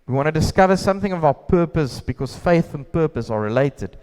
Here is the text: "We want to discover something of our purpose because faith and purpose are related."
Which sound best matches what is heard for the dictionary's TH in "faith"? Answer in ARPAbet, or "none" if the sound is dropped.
TH